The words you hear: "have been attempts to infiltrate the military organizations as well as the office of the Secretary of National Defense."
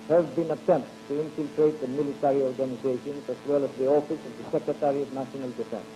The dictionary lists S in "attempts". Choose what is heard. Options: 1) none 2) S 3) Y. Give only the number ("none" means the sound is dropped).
1